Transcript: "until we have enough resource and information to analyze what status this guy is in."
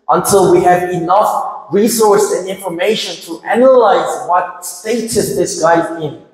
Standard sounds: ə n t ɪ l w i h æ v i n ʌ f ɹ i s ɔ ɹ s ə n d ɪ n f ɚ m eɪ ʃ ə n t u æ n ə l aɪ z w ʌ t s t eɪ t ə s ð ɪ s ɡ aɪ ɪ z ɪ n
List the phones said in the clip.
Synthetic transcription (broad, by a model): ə n t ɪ l w i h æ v i n ʌ f ɹ i s ɔ ɹ s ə n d ɪ n f ɚ m eɪ ʃ ə n t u æ n ə l aɪ z w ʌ t s t eɪ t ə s ð ɪ s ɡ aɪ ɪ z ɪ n